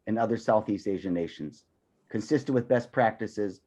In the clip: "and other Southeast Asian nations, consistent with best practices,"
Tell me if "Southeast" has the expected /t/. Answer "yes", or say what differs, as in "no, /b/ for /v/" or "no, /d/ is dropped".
yes